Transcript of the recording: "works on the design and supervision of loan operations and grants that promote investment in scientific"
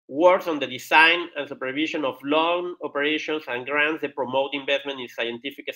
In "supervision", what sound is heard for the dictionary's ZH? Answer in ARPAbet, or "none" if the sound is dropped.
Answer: SH